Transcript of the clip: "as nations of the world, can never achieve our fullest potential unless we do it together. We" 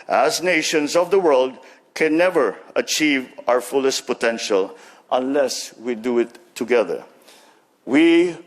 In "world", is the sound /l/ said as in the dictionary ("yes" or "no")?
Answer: yes